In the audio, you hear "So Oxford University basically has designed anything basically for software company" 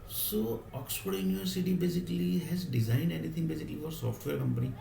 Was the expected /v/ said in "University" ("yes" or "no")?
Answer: no